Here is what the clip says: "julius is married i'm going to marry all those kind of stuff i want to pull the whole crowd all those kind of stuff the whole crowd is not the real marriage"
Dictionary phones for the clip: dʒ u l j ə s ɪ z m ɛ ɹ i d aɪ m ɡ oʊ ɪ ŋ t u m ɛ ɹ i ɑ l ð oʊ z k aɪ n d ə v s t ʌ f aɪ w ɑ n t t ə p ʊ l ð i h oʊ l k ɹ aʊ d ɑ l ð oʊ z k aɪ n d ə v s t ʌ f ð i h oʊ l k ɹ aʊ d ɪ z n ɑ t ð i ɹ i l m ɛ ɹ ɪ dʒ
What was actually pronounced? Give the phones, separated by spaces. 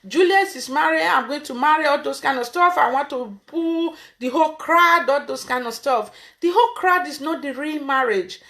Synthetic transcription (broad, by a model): dʒ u l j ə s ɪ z m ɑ ɹ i aɪ m ɡ oʊ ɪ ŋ t u m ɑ ɹ i ɑ l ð oʊ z k aɪ n d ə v s t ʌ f aɪ w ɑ n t t ə b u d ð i h oʊ l k ɹ aʊ d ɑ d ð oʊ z k aɪ n d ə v s t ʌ f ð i h oʊ l k ɹ aʊ d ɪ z n ɑ t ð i ɹ i l m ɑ ɹ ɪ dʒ